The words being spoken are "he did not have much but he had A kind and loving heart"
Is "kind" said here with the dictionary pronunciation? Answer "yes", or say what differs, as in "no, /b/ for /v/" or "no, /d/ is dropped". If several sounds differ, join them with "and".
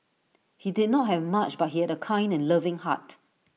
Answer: yes